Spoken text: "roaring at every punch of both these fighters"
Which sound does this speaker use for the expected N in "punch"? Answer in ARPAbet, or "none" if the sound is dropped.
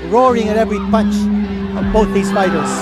N